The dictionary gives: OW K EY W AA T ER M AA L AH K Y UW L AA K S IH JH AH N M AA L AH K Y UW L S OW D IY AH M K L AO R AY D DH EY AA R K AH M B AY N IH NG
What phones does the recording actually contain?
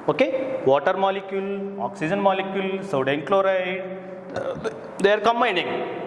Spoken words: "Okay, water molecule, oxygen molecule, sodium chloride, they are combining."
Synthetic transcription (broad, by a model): OW K EY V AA T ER M AA L AH K Y UW L AA K S IH JH AH N M AA L AH K Y UW L S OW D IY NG K L AO R AY D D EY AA R K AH M B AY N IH NG